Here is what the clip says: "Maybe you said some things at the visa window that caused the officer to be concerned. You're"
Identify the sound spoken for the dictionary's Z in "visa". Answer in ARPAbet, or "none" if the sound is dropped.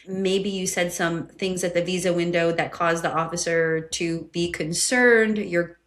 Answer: Z